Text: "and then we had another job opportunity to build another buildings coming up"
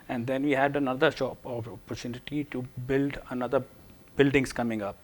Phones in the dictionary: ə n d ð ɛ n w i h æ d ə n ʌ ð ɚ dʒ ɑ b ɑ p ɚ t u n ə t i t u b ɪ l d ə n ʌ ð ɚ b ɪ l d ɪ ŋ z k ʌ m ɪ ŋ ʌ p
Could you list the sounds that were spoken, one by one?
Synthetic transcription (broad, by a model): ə n d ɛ n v i h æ d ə n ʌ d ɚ ʃ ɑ ɑ p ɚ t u n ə t i t u b ɪ l d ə n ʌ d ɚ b ɪ l d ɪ ŋ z k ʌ m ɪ ŋ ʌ p